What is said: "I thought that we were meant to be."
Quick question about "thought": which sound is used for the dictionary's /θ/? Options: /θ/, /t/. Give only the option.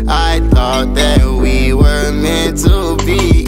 /θ/